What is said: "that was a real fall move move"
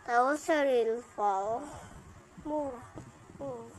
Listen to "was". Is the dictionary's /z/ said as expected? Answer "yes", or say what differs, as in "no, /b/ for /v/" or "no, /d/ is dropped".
no, /s/ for /z/